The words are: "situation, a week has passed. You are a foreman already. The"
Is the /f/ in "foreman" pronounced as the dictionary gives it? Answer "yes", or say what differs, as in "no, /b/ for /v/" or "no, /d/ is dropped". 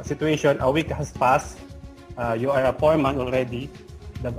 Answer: no, /p/ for /f/